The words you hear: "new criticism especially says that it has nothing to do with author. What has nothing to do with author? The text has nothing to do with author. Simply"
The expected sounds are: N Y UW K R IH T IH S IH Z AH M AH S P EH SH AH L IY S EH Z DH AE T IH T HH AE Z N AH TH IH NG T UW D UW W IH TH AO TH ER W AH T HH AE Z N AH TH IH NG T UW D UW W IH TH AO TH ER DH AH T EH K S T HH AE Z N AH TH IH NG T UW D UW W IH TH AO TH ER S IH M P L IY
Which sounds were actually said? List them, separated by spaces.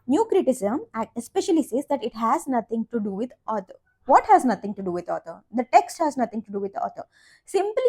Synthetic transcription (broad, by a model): N Y UW K R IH T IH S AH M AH AH S P EH SH AH L IY S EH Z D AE T IH T HH AE Z N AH T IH NG T UW D UW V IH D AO T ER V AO T HH AE Z N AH T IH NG T UW D UW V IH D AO T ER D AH T EH K S T HH AE Z N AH T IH NG T UW D UW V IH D AO T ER S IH M P L IY